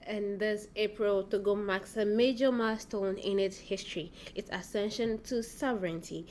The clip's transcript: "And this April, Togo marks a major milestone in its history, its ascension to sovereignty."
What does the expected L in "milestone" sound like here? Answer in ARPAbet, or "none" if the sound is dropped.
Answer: none